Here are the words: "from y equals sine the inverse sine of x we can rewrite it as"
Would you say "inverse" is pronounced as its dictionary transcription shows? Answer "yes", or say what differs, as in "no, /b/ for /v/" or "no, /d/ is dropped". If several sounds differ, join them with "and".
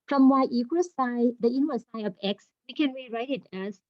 no, /w/ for /v/